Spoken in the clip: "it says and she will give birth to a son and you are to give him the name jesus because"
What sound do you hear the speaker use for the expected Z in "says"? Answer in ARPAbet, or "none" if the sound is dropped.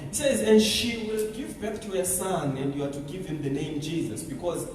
Z